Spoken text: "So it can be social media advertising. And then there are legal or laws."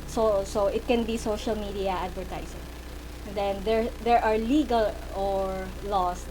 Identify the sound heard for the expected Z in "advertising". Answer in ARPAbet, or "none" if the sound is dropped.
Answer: S